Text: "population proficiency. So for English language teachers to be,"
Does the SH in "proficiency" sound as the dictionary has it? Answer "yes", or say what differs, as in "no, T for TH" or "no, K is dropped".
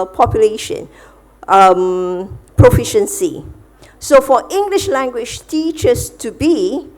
yes